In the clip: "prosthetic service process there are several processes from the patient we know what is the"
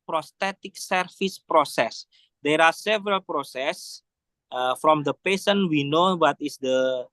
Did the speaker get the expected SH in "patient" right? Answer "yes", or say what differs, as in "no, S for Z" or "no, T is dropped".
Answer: no, S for SH